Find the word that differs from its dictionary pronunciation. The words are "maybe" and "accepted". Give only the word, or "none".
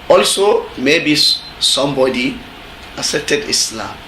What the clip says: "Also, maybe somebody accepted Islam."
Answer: accepted